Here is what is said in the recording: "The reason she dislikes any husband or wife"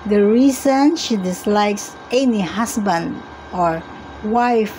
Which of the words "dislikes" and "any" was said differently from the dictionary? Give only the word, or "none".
none